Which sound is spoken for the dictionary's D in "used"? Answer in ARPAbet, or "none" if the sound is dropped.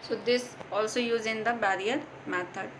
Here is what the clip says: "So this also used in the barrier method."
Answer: none